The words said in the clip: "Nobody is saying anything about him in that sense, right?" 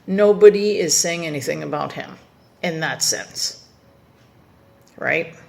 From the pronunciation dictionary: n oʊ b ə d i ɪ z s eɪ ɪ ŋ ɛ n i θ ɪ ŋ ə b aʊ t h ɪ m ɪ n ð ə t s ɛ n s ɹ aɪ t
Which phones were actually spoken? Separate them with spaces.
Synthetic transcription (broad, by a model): n oʊ b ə d i ɪ z s eɪ ɪ ŋ ɛ n i θ ɪ ŋ ə b aʊ t h ɪ m ɪ n ð ə t s ɛ n s ɹ aɪ t